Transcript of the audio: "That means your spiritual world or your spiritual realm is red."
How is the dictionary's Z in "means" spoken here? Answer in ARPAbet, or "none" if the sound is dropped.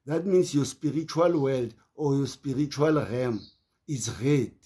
S